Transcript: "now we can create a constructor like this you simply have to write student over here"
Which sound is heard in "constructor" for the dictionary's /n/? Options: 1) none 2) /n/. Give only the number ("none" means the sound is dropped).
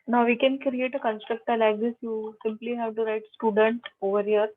2